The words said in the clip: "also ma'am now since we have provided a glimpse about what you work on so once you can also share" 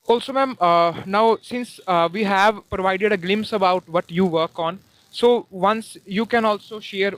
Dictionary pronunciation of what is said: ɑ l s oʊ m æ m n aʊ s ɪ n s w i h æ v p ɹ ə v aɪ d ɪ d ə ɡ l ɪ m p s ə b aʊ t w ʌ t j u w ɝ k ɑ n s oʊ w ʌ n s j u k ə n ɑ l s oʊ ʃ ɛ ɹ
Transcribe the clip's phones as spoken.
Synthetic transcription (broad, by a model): ɑ l s oʊ m æ m n aʊ s ɪ n s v i h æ v p ɹ ə v aɪ d ɪ d ə ɡ l ɪ m p s ə b aʊ t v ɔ t j u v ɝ k ɑ n s oʊ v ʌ n s j u k ə n ɑ l s oʊ ʃ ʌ ɹ